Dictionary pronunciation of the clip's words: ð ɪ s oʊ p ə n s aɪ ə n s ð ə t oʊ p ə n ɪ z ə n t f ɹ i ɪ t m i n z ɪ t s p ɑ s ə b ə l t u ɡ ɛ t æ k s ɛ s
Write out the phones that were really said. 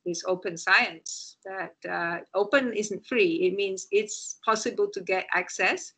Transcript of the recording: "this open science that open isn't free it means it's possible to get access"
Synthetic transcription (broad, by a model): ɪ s oʊ p ə n s aɪ ə n s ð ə t oʊ p ə n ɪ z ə n t f ɹ i ɪ t m i n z ɪ t s p ɑ s ə b ə l t u ɡ ɛ t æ k s ɛ s